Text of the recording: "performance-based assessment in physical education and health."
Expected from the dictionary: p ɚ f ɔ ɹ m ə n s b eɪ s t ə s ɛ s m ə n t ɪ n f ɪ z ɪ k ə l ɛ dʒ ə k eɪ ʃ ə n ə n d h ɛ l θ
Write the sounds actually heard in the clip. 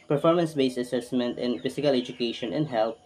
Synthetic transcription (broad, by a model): p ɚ f ɔ ɹ m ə n s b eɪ s ə s ɛ s m ə n t ɪ n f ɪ s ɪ k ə l ɛ dʒ ə k eɪ ʃ ə n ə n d h ɛ l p